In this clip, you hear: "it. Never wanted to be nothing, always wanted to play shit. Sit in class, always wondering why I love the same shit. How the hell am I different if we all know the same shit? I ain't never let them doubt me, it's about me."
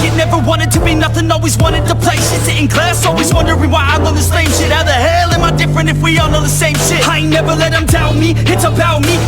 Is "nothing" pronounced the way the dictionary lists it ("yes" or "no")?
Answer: yes